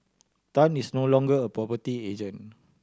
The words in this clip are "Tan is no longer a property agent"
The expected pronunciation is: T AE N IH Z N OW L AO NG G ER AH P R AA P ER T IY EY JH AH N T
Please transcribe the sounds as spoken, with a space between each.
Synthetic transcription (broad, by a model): T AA N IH S N OW L AO NG G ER AH P R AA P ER T IY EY JH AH N